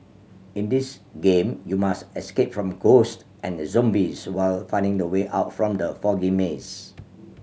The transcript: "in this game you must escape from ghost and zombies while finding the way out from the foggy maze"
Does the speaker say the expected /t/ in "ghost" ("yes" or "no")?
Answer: yes